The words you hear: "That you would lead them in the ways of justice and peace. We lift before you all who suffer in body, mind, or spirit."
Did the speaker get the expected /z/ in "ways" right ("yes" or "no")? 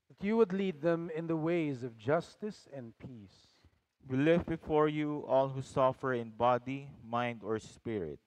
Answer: yes